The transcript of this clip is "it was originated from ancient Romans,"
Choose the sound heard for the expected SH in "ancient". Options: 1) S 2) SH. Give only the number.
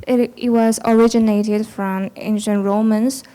2